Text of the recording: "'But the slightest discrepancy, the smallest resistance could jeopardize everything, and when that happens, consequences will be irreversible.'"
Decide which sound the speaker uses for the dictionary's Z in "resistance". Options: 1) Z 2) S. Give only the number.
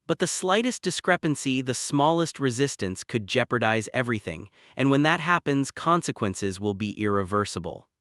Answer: 1